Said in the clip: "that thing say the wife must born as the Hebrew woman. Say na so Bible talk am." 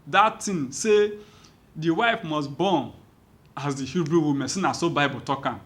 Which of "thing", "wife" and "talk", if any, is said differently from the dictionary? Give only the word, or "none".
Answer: thing